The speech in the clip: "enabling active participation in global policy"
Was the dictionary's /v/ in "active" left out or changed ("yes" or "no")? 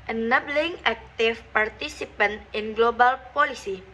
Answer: yes